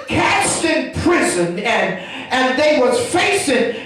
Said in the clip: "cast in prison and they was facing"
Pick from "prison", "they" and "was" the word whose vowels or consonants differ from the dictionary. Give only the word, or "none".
none